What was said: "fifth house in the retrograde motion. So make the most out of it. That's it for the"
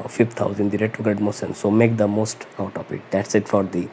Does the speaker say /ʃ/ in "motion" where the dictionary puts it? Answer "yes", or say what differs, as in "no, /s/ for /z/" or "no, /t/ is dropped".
no, /s/ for /ʃ/